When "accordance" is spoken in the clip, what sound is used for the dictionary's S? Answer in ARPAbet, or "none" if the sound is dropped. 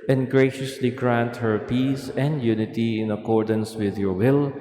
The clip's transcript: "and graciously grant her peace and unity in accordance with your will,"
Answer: S